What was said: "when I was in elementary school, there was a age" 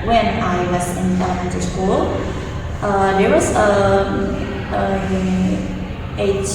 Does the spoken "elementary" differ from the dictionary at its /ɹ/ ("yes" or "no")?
yes